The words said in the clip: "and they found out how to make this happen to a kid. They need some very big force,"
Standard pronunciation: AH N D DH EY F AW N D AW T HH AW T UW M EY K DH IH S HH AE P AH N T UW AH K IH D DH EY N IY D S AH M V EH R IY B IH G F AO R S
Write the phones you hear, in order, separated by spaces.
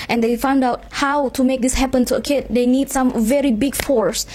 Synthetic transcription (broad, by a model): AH N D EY F AW N D AW T HH AW T UW M EY K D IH S HH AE P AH N T UW AH K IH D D EY N IY D S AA M V EH R IY B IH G F AO R S